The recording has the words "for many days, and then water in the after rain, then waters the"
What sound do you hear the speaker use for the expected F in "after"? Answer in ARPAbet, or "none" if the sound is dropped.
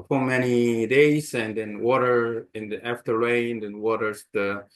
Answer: F